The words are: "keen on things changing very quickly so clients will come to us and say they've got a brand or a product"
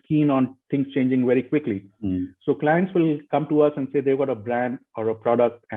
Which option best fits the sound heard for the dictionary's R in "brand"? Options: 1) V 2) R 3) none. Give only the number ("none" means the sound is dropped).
2